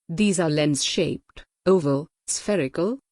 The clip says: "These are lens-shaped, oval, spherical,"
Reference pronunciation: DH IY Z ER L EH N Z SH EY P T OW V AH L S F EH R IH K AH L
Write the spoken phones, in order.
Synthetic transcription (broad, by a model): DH IY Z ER L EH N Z SH EY P T OW V AH L S F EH R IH K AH L